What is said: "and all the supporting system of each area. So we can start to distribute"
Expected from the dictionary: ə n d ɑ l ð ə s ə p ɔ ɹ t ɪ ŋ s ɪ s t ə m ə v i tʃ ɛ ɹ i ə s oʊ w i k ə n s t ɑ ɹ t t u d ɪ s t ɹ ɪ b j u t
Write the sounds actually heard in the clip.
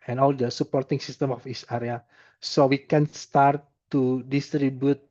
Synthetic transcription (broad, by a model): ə n ɑ l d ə s ə p ɔ ɹ t ɪ ŋ s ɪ s t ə m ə f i s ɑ ɹ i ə s oʊ w i k ə n s t ɑ ɹ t t u d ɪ s t ɹ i b j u t